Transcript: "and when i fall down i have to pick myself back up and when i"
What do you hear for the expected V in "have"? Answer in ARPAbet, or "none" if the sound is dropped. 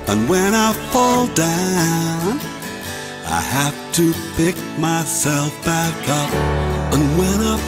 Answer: F